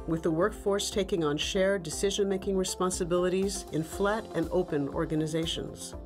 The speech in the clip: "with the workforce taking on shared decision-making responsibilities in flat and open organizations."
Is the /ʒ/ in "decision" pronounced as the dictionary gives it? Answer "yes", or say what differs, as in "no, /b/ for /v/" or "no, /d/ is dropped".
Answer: yes